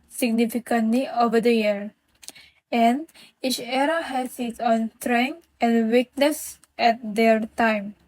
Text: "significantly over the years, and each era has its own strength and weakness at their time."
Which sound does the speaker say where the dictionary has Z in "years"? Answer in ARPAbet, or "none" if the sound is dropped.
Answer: none